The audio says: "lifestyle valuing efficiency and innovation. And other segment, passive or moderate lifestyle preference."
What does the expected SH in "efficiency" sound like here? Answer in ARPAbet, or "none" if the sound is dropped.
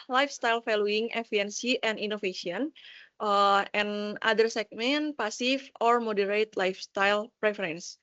none